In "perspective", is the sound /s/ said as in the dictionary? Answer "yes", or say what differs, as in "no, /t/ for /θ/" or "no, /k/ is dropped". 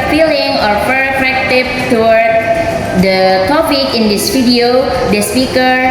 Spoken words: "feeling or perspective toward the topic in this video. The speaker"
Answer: no, /s/ is dropped